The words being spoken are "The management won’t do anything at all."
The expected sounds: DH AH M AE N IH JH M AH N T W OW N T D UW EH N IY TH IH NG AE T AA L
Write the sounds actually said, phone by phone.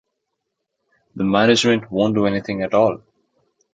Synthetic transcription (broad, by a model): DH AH M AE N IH JH M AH N T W OW N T D UW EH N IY T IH NG AE T AA L